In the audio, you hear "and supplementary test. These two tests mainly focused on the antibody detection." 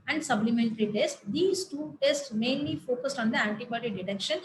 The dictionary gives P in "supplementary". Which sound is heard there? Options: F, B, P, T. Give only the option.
B